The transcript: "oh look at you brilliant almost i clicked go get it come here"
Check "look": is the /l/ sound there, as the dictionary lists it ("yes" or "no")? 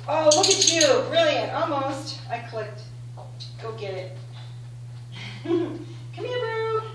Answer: no